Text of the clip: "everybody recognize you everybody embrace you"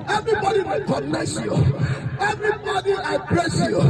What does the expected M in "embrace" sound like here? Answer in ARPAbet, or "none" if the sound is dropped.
none